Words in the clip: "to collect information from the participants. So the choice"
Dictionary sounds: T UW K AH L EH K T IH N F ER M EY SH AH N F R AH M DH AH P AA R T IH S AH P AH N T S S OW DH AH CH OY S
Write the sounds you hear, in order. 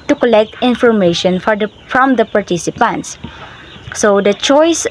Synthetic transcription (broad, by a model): T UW K AH L EH K T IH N F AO M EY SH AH N F R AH M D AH P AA R T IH S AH P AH N T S S OW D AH CH OY S